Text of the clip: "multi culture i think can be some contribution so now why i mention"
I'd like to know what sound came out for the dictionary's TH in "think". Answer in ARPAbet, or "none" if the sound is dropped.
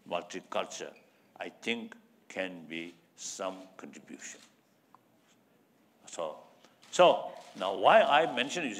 T